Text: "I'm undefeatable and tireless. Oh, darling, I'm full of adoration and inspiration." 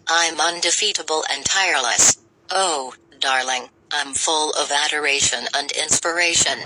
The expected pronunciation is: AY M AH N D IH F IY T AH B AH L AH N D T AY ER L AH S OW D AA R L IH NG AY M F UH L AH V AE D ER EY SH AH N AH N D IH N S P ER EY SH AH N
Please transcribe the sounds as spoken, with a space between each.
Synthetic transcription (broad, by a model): AY M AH N D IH F IY T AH B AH L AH N T AY ER L AH S OW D AA R L IH NG AY M F UH L AH V AE D ER EY SH AH N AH N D IH N S P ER EY SH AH N